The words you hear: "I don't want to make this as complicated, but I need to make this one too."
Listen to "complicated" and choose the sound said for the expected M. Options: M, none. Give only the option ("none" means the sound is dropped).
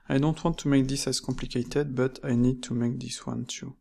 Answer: none